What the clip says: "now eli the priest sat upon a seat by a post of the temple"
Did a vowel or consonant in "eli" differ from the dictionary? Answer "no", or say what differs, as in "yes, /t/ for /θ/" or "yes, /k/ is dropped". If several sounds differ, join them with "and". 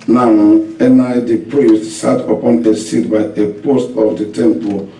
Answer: yes, /n/ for /l/